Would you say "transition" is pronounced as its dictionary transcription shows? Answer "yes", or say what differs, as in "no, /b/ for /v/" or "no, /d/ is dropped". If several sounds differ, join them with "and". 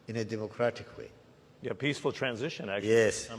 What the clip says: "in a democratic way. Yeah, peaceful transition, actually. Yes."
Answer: yes